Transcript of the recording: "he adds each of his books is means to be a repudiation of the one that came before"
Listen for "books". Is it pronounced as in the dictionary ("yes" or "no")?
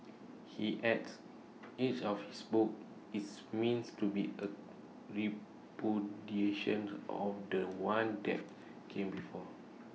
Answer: no